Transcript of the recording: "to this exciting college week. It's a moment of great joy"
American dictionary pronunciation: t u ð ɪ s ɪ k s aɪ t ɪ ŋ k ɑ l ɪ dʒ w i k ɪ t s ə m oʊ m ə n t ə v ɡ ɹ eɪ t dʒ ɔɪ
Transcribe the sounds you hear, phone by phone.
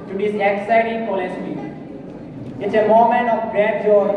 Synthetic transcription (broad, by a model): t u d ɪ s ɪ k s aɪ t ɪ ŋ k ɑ l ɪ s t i ɪ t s ə m oʊ m ə n t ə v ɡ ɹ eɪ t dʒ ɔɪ